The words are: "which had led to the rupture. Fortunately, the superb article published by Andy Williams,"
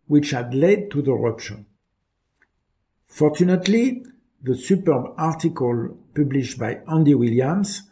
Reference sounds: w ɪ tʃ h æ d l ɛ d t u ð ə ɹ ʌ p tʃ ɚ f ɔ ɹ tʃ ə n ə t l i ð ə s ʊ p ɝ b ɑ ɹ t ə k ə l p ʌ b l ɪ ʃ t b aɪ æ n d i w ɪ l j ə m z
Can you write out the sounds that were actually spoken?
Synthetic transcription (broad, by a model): w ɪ tʃ h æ d l ɛ d t u ð ə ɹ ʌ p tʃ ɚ f ɔ ɹ tʃ ə n ə t l i ð ə s ʊ p ɝ b ɑ ɹ t ə k ə l p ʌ b l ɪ ʃ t b aɪ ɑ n d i w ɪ l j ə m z